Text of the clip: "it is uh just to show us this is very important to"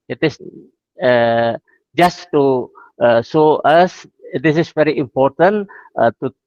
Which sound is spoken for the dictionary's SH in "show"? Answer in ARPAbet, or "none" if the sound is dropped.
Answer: S